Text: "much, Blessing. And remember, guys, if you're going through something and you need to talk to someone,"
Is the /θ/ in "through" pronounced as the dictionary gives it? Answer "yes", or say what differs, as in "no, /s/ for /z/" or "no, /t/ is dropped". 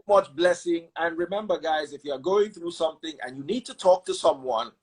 yes